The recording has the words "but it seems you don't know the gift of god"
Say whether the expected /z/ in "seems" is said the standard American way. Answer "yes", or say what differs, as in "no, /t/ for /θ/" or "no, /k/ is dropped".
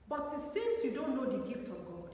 no, /s/ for /z/